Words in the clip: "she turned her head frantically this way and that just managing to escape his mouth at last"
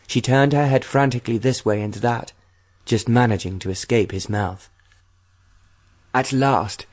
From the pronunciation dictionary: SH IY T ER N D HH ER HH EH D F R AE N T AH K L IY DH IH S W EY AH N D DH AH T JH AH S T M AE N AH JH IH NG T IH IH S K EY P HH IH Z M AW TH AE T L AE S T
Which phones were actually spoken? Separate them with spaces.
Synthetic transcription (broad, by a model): SH IY T ER N D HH ER HH EH D F R AE N T AH K L IY DH IH S W EY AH N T DH AH T JH AH S T M AE N AH JH IH NG T IH IH S K EY P HH IH Z M AW TH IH T L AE S T